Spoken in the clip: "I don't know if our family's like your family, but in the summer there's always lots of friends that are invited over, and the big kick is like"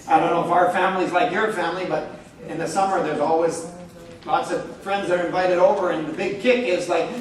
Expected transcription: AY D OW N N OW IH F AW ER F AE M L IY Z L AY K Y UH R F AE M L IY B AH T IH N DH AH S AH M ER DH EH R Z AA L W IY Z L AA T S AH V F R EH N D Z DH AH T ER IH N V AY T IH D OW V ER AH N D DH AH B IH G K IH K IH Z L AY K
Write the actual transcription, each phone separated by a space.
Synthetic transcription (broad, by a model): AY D OW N N OW IH F AW ER F AE M L IY Z L AY K Y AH R F AE M L IY B AH T IH N DH AH S AH M ER DH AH R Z AA L W IY Z L AA T S AH V F R EH N D Z DH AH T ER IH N V AY T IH D OW V ER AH N DH AH B IH G K IH K IH Z L AY K